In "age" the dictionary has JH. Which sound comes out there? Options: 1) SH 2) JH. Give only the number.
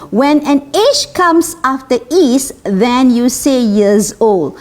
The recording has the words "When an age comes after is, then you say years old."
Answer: 1